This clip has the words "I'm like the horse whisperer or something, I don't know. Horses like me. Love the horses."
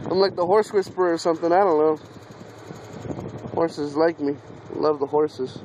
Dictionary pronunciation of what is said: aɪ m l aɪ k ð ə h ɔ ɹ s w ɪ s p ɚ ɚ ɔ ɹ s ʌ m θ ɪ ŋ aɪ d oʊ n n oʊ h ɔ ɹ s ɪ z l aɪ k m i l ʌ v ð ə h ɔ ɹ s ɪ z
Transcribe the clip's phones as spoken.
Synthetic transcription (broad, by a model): aɪ m l aɪ k ð ə h ɔ ɹ s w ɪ s p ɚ ɚ ɹ s ʌ m θ ɪ ŋ aɪ d oʊ n l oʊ h ɔ ɹ s ɪ z l aɪ k m i l ʌ v ð ə h ɔ ɹ s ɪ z